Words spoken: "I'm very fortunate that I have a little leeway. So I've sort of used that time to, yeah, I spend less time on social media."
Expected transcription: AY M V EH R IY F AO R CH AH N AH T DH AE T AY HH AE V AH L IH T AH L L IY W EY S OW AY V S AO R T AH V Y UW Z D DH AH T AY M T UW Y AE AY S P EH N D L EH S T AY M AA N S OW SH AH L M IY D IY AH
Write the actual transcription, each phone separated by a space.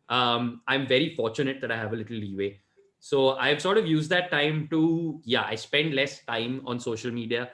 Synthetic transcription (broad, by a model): AY M V EH R IY F AO R CH AH N AH T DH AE T AY HH AE V AH L IH T AH L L IY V EY S OW AY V S AO R T AH V Y UW Z D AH T AY M T UW Y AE AY S P EH N D L EH S T AY M AA N S OW SH AH L M IY D IY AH